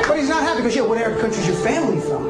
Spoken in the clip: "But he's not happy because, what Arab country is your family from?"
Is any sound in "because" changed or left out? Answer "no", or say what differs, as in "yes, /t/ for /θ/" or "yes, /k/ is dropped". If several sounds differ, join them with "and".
yes, /z/ is dropped